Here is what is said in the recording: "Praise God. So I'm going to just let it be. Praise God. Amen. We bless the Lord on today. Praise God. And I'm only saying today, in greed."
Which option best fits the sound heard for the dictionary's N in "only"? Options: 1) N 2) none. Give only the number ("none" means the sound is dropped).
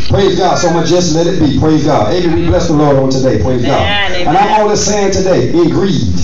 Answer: 2